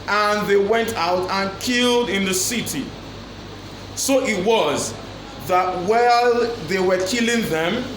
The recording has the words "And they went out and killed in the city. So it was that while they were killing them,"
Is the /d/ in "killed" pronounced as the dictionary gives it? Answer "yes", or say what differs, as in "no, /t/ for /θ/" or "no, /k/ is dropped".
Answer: yes